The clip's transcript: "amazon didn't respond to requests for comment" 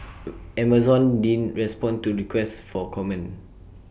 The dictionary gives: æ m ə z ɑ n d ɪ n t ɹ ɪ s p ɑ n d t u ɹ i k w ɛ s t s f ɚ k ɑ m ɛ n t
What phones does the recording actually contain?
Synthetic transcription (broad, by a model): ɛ m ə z ɑ n d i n ɹ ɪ s p ɑ n t u ɹ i k w ɛ s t f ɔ k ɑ m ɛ n